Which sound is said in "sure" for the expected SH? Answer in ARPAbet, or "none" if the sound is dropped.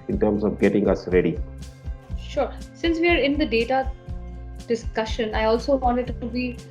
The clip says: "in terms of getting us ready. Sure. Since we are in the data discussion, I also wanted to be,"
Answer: SH